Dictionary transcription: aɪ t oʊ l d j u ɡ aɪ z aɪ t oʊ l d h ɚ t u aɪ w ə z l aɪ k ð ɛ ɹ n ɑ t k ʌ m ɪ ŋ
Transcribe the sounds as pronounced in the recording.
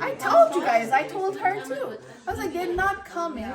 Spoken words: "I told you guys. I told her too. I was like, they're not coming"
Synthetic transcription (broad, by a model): aɪ t oʊ l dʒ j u ɡ aɪ z aɪ t oʊ l d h ɚ t u aɪ w ə z l aɪ k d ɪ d n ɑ t k ʌ m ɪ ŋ